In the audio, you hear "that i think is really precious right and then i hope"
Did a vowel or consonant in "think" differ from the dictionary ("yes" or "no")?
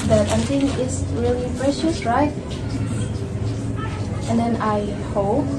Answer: yes